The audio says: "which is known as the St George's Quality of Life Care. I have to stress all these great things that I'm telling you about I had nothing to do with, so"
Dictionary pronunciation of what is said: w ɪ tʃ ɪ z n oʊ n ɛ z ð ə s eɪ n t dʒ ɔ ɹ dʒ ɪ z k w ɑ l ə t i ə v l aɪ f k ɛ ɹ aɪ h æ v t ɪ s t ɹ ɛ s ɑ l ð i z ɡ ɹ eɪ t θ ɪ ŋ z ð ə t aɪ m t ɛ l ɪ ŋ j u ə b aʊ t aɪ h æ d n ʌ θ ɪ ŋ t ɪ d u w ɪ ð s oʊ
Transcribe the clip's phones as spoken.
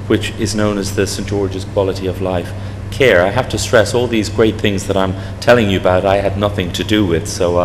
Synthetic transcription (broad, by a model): w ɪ tʃ ɪ z n oʊ n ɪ z ð ə s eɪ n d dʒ ɔ ɹ dʒ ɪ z k w ɑ l ə t i ə v l aɪ f k ɛ ɹ aɪ h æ f t ɪ s t ɹ ɛ s ɑ l ð i z ɡ ɹ eɪ t θ ɪ ŋ z ð ə t aɪ m t ɛ l ɪ ŋ j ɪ ə b aʊ t aɪ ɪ d n ʌ θ ɪ ŋ t ɪ d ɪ w ɪ ð s oʊ